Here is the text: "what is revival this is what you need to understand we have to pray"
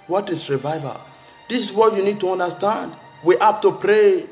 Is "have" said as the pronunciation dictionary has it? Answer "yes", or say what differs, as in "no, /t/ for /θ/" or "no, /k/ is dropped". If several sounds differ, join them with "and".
no, /p/ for /v/